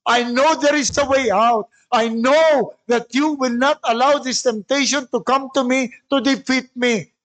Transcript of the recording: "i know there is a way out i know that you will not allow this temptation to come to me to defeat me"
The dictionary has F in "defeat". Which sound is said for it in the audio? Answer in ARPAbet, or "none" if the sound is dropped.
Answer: F